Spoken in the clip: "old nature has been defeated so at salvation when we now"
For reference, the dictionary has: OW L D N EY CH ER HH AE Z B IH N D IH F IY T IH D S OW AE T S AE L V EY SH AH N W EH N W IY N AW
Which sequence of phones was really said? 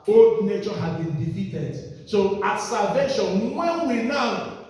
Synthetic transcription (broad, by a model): OW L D N EY CH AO HH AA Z B IH N D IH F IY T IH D S OW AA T S AE L V EY SH AH N W EH N W IY N AW